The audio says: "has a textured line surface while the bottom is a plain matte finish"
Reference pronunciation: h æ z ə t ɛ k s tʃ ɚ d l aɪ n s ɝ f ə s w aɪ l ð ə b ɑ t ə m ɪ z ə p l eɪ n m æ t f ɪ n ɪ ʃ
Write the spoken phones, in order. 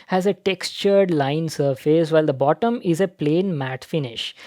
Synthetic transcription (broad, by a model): h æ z ə t ɛ k s tʃ ɚ d l aɪ n s ɝ f ə s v aɪ l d ə b ɑ t ə m ɪ z ə p l eɪ n m æ t f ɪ n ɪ ʃ